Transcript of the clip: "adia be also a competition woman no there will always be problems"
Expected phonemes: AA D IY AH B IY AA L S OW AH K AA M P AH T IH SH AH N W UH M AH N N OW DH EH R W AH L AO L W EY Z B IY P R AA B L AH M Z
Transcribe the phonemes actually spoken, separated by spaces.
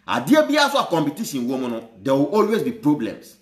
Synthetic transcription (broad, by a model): AA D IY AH B IY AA S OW AH K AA M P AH T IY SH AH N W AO M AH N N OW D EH W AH AO L W EY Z B IY P R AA B L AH M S